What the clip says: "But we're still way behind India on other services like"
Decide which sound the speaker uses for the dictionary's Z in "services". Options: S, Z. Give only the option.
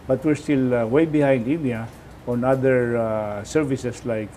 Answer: S